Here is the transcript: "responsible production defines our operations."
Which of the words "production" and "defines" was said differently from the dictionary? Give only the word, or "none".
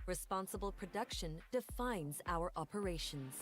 none